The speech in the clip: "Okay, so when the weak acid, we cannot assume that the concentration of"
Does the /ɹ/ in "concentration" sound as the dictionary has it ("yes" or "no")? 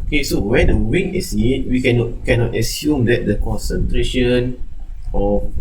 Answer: yes